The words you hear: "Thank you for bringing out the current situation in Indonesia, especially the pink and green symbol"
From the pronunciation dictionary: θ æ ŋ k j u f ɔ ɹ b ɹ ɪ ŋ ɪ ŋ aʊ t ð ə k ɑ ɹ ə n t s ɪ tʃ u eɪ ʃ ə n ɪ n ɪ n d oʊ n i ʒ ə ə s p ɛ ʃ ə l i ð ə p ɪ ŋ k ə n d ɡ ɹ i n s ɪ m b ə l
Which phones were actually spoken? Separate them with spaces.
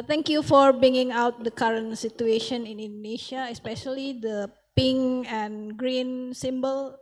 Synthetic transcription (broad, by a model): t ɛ ŋ k j u f ɔ ɹ b ɹ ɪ ŋ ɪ ŋ aʊ t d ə k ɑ ɹ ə n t s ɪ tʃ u eɪ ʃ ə n ɪ n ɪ n d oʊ n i ʃ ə ə s p ɛ ʃ ə l i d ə p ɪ ŋ ə n ɡ ɹ i n s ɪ m b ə l